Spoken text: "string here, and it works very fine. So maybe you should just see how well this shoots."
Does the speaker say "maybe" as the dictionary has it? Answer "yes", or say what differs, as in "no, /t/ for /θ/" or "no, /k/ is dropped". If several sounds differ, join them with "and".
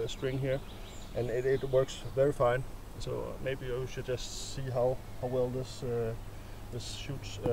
yes